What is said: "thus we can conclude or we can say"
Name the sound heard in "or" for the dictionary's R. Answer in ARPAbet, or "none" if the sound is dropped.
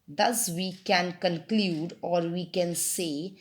R